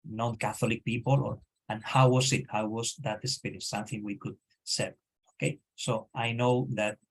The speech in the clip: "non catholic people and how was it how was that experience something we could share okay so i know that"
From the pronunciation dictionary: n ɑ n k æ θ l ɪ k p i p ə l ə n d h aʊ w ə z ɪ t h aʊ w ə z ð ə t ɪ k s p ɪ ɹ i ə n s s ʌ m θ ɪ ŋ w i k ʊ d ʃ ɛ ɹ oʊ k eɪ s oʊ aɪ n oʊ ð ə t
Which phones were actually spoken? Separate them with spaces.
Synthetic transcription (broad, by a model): n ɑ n k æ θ l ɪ k p i p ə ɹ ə n h aʊ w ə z ɪ t h aʊ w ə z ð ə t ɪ s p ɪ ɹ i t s s ʌ m θ ɪ ŋ w i k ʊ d s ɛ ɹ oʊ k eɪ s oʊ aɪ n oʊ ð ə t